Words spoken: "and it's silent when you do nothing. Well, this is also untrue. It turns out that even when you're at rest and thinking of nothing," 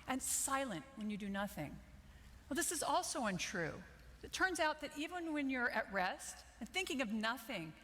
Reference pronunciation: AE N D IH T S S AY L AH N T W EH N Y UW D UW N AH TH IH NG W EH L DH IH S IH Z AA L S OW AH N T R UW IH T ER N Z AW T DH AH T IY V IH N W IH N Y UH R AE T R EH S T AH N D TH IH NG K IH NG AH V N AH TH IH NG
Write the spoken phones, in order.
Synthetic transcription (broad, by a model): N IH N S S AY L AH N T W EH N Y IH D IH N AH TH IH NG W EH L DH IH S IH Z AA L S OW AH N T R UW IH T ER N Z AW T DH AH T IY V IH N W IH N Y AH R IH T R EH S T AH N TH IH NG K IH NG AH V N AH TH IH NG